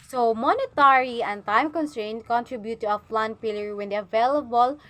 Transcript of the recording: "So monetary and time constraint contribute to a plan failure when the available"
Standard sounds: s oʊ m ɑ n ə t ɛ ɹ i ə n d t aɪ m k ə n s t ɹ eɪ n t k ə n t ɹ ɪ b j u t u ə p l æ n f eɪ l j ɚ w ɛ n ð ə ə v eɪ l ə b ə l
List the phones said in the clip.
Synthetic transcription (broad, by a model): s oʊ m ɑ n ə t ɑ ɹ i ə n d t aɪ m k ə n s t ɹ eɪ n k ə n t ɹ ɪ b j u t u ə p l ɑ n p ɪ l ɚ w ɛ n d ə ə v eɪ l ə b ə l